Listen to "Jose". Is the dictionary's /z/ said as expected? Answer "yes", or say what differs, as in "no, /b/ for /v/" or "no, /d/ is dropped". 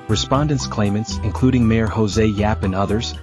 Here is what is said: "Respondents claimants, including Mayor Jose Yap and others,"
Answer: yes